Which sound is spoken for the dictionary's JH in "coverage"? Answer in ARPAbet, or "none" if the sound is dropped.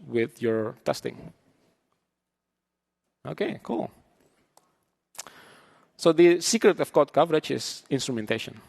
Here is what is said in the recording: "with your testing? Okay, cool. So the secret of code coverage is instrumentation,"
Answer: CH